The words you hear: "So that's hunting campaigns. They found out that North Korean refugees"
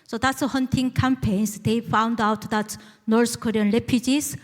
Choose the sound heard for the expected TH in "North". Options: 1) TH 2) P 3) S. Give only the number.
3